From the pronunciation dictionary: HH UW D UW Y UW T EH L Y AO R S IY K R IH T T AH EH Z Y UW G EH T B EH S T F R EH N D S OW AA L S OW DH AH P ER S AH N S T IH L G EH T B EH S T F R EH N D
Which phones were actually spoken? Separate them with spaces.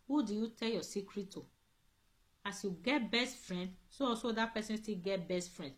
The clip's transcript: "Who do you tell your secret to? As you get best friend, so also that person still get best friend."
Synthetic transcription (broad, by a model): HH UW D UW Y UW T EH L Y AO S IY K R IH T T AH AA S Y UW G EH T B EH S T F R EH N D S OW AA S OW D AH P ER S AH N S T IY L G EH T B EH S T F R EH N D